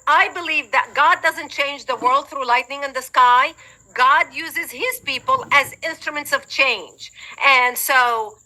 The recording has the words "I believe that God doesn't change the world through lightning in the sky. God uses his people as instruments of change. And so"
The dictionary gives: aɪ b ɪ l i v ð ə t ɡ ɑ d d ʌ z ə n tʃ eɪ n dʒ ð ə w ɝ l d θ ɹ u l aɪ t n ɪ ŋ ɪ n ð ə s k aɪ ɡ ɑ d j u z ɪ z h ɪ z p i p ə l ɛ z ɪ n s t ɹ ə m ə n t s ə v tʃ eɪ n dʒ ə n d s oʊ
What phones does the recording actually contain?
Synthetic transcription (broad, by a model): aɪ b ɪ l i v ð ə t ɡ ɑ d d ʌ z ə n tʃ eɪ n dʒ ð ə w ɝ l d θ ɹ u l aɪ t n ɪ ŋ ɪ n ð ə s k aɪ ɡ ɑ d j u z ɪ z h ɪ z p i p ə l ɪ z ɪ n s t ɹ ə m ə n t s ə v tʃ eɪ n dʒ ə n s oʊ